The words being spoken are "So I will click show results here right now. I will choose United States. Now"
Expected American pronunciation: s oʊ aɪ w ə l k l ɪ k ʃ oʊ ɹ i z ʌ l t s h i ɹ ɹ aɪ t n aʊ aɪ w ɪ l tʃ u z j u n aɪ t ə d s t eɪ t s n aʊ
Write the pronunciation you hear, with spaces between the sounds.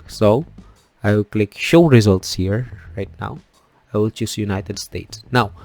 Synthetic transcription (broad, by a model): s oʊ aɪ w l k l ɪ k ʃ oʊ ɹ i z ʌ l t s h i ɹ ɹ aɪ t n aʊ aɪ w ɪ l tʃ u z j u n aɪ t ə d s t eɪ t s n aʊ